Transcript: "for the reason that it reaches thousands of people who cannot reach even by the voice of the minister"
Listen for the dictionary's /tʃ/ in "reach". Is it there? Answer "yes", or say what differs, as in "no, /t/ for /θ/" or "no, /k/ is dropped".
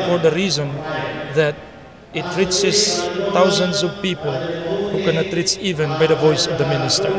no, /s/ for /tʃ/